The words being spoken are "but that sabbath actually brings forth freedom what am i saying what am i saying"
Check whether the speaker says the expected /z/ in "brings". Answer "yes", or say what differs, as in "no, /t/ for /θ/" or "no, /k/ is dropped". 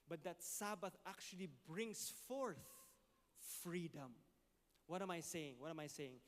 no, /s/ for /z/